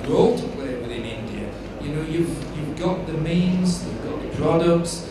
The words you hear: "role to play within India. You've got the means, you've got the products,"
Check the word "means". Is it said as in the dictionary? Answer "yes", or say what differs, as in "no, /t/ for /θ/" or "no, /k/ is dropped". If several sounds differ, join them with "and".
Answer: yes